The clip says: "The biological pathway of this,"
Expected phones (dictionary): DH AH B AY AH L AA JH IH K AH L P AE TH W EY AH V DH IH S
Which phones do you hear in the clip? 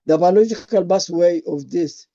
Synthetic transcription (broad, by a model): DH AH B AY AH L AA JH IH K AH L B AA S W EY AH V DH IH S